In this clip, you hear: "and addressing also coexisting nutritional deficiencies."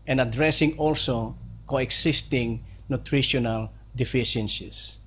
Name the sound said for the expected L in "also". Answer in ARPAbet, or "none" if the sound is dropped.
L